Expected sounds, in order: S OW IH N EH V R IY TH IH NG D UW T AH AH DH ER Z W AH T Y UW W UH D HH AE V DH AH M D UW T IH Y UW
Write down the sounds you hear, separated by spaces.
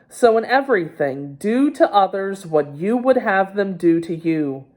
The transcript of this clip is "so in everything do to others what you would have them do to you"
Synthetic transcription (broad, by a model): S OW IH N EH V R IY TH IH NG D UW T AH AH DH ER Z W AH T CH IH W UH D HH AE V DH AH M D UW T IH Y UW